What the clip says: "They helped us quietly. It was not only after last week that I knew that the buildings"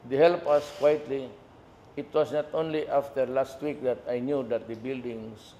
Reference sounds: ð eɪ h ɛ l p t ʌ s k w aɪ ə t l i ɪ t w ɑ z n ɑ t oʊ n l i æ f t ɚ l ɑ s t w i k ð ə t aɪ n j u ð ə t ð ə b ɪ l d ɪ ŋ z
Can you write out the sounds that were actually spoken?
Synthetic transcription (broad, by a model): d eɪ h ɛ l p ʌ s k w aɪ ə t l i ɪ t w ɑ s n ɑ t oʊ n l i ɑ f t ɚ l ɑ s t w i k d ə t aɪ n j u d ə t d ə b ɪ l d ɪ ŋ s